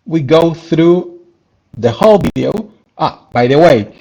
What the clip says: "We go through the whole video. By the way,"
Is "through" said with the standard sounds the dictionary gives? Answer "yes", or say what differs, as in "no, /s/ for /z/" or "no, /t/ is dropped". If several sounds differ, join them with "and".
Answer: yes